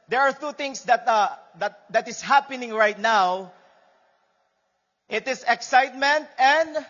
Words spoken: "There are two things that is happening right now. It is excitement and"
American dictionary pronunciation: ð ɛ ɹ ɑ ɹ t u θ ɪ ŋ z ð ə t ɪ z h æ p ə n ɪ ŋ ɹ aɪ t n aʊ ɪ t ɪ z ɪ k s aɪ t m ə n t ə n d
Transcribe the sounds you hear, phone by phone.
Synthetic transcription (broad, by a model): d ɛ ɹ ɑ ɹ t u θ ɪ ŋ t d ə t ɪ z h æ p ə n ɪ ŋ ɹ aɪ t n aʊ ɪ t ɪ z ɪ k s aɪ t m ə n t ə n d